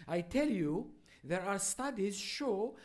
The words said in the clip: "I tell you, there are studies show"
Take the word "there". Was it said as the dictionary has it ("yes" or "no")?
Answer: yes